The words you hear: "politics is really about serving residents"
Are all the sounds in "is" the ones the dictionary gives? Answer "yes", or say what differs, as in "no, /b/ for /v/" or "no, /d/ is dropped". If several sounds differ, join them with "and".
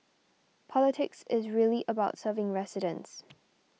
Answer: yes